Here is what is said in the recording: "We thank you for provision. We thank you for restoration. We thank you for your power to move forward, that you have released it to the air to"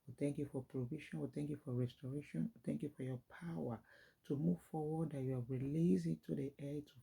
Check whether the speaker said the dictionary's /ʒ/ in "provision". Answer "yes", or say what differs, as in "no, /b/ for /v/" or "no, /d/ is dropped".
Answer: no, /ʃ/ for /ʒ/